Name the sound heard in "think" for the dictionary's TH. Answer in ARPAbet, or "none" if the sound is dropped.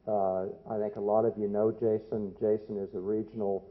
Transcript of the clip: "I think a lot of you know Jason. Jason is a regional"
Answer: TH